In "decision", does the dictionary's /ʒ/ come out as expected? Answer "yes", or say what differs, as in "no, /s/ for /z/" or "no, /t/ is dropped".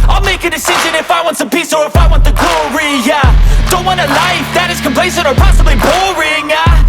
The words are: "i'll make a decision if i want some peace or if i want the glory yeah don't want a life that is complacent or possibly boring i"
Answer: yes